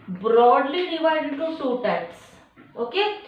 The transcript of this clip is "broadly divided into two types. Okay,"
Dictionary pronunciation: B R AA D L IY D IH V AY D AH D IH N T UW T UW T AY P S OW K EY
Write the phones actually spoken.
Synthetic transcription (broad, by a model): B R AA D L IY D IH V AY D AH D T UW S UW T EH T S OW K EY